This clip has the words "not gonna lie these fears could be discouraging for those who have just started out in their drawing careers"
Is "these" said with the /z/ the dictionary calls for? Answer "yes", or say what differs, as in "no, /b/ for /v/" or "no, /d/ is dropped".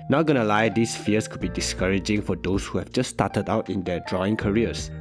no, /s/ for /z/